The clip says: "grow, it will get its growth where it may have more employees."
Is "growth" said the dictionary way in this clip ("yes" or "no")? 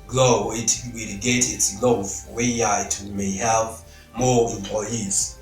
no